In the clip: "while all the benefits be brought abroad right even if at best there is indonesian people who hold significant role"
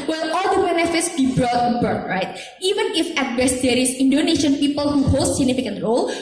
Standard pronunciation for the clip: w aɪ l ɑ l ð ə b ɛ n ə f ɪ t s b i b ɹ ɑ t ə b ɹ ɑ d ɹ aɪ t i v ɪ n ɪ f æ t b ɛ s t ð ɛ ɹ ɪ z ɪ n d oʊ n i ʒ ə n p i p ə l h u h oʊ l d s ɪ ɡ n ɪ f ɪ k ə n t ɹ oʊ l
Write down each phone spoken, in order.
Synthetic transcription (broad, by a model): w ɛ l ɑ l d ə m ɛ n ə f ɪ t s b i b ɹ ɑ t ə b ɑ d ɹ aɪ t i v ɪ n ɪ f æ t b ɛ s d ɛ ɹ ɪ s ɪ n d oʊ n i ʃ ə n p i p ə l h u h oʊ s s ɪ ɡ n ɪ f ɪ k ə n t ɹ oʊ l